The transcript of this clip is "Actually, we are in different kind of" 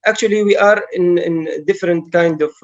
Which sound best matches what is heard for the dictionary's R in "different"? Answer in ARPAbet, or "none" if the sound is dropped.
R